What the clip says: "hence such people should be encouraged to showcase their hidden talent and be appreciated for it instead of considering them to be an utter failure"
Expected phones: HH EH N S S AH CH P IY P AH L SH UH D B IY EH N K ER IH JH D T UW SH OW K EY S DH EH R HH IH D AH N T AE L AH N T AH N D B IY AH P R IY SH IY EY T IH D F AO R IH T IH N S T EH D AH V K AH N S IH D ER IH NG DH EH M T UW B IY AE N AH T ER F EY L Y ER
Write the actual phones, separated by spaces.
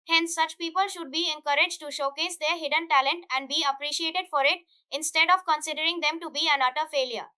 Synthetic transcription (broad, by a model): HH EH N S S AH CH P IY P AH L SH UH D B IY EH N K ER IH JH T UW SH OW K EY S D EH R HH IH D AH N T AE L AH N T AH N D B IY AH P R IY SH IY EY T IH D F AO R IH T IH N S T EH D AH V K AH N S IH D ER IH NG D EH M T UW B IY AE N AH T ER F EY L Y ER